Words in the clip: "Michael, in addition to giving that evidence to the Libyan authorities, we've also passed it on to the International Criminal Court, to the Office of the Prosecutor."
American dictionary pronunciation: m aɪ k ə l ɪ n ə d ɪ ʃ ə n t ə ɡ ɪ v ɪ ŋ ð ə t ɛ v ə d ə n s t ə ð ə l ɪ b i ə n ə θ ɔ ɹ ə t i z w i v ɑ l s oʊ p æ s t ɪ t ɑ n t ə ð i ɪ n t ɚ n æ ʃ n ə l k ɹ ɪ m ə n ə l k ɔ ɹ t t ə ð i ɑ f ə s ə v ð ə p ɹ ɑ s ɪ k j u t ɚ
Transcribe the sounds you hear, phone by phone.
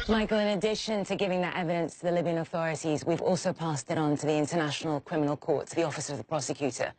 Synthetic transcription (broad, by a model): m aɪ k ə l ɪ n ə d ɪ ʃ ə n t ə ɡ ɪ v ɪ ŋ ð ə t ɛ v ə d ə n s t ə ð ə l ɪ b i ə n ə θ ɔ ɹ ə t i z w i v ɑ l s oʊ p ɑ s t ɪ t n t ə ð i ɪ n t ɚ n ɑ ʃ n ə l k ɹ ɪ m ə n ə l k ɔ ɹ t t ə ð i ɑ f ə s ə v ð ə p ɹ ɑ s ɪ k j u t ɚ